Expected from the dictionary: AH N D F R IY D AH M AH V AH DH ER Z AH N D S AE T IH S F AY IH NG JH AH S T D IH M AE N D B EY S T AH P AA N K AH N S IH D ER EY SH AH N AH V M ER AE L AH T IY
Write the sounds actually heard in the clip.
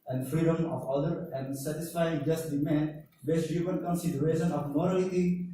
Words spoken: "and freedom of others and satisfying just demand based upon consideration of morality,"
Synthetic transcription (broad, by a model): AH N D F R IY D AH M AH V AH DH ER AH N D S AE T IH S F AY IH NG JH AH S T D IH M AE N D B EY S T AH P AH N K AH N S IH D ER EY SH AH N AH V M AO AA L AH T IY